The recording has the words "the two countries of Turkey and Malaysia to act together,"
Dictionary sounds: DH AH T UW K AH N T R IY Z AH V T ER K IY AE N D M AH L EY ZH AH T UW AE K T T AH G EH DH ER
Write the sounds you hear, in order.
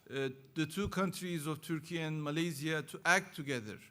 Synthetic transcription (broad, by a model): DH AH T UW K AH N T R IY Z AH V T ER K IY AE N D M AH L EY Z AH T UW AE K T T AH G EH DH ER